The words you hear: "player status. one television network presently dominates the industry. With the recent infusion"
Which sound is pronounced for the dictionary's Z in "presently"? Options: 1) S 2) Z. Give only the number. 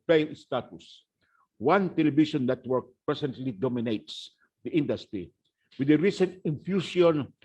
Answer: 1